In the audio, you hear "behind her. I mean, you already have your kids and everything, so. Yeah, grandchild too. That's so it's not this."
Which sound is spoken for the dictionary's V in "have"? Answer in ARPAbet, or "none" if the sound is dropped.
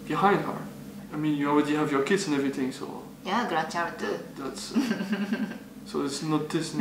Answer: V